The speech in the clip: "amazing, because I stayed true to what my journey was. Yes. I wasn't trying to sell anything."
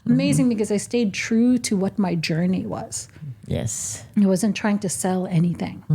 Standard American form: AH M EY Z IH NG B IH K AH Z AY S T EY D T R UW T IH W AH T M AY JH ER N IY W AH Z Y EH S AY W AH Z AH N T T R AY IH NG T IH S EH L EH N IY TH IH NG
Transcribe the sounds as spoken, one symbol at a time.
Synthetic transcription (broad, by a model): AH M EY Z IH NG B IH K AH Z AY S T EY D T R UW T IH W AH T M AY JH ER N IY W AH Z Y EH S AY W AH Z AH N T T R AY IH NG T IH S EH L EH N IY TH IH NG